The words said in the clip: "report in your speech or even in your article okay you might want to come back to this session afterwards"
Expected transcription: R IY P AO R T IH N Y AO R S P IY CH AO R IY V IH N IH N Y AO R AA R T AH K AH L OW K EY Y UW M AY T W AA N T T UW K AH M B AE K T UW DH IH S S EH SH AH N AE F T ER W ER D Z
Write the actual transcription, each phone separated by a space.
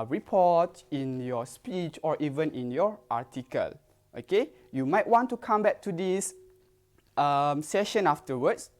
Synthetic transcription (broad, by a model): R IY P AO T IH N Y AO S P IY CH AO R IY V IH N IH N Y AO R AA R T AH K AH L OW K EY Y UW M AY T W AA N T T UW K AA M B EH K T UW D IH S S EH SH AH N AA F T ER W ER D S